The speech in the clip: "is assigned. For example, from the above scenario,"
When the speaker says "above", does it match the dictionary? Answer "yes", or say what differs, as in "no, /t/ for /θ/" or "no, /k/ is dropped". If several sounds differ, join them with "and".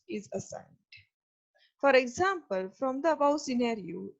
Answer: no, /b/ is dropped